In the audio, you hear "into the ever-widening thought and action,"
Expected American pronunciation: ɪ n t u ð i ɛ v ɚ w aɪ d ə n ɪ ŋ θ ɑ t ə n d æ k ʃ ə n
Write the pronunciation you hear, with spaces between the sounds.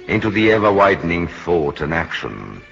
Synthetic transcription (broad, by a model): ɪ n t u ð i ɛ v ɚ w aɪ d n ɪ ŋ θ ɑ t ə n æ k ʃ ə n